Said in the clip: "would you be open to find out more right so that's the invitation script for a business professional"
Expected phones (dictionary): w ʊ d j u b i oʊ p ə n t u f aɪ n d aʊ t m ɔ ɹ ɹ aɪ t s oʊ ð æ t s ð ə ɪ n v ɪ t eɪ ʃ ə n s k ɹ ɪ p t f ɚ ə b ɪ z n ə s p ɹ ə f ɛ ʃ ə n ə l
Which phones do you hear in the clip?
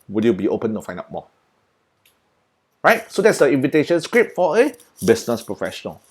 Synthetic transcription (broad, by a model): w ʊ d j u b i oʊ p ə n t u f aɪ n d aʊ t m ɔ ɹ ɹ aɪ t s oʊ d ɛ t s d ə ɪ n v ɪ t eɪ ʃ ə n s k ɹ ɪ p f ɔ ə b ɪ s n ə s p ɹ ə f ɛ ʃ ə n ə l